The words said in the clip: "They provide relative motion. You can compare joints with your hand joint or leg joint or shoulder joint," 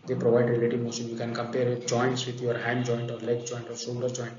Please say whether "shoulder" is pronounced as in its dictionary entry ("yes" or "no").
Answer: no